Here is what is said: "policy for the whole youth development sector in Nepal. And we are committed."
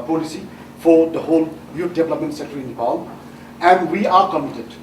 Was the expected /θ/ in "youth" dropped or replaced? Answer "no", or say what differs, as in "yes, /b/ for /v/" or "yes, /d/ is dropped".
yes, /t/ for /θ/